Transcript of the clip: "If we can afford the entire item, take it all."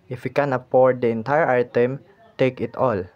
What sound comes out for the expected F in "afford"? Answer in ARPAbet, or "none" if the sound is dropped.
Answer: P